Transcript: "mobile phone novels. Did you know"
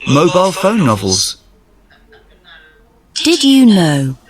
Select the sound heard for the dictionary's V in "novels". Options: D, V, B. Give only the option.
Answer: V